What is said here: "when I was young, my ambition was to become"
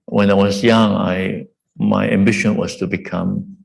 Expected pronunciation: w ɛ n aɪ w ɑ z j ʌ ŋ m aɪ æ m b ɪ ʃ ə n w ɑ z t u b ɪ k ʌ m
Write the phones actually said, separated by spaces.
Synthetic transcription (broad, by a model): w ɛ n aɪ w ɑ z j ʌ ŋ m aɪ æ m b ɪ ʃ ə n w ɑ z t u b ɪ k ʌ m